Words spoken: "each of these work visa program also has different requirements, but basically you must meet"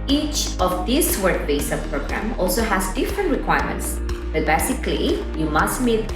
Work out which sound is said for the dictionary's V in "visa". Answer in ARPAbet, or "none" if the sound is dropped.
B